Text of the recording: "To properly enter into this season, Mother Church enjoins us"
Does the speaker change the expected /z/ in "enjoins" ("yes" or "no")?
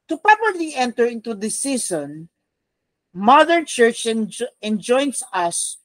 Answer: yes